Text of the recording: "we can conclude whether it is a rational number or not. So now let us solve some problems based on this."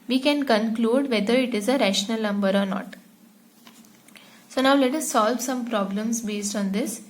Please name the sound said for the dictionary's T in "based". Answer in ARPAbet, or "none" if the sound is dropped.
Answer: T